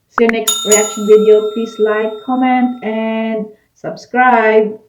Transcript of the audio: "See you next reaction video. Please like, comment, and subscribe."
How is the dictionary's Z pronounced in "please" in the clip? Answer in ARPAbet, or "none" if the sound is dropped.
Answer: S